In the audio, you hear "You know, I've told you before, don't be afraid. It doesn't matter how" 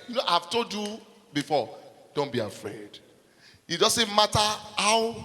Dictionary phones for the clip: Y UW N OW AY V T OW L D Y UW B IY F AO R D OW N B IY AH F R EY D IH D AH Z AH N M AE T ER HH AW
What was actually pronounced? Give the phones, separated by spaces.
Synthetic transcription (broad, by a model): Y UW N OW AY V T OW D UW B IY F AO D OW N B IY AH F R EY D IH D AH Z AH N M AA T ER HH AW